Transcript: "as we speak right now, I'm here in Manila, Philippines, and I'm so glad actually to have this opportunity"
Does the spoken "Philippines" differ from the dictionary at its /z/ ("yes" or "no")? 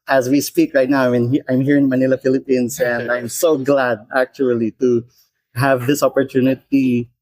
yes